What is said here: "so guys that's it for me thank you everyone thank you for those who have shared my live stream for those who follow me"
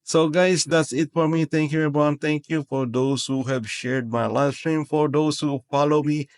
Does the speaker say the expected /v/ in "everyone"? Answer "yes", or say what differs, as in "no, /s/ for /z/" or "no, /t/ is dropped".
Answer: no, /v/ is dropped